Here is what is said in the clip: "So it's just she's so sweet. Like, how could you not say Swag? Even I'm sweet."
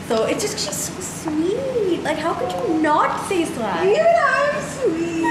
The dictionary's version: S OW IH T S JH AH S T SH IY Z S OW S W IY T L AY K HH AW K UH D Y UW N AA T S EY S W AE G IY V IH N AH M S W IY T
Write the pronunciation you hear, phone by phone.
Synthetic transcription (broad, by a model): S OW IH T S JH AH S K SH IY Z S OW S W IY T L AY K HH AW K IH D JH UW N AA T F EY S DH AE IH AH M S W IY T